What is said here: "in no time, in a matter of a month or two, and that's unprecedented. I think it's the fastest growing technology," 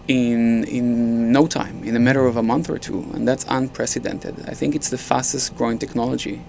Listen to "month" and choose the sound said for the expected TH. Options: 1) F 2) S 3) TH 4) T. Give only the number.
3